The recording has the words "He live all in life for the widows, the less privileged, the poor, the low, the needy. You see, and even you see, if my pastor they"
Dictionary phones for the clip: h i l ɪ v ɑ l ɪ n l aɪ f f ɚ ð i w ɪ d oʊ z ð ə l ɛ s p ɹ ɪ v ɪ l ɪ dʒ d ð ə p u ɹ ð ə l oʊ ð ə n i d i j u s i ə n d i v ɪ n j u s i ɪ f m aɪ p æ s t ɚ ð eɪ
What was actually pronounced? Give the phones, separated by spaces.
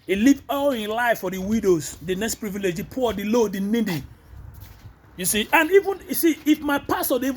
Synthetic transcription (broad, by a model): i l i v ɑ l ɪ n l aɪ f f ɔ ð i w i d oʊ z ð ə n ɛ s p ɹ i v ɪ l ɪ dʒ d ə p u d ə l oʊ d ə n i d i j u s i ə n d i v ɪ n j u s i ɪ f m aɪ p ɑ s t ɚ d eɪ